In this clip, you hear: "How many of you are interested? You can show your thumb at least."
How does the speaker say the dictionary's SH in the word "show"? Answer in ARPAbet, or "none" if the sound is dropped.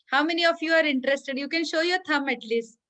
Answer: SH